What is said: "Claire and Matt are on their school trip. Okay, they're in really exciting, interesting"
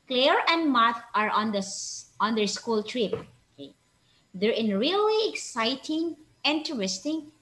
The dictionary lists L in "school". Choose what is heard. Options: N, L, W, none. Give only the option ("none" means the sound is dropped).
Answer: L